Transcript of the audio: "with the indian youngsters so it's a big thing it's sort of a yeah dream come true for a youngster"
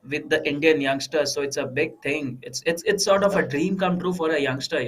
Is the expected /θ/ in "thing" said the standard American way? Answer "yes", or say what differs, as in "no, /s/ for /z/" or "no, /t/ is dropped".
no, /t/ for /θ/